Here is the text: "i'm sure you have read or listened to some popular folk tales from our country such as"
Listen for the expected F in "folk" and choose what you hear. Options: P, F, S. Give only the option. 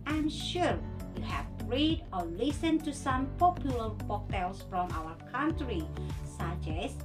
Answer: P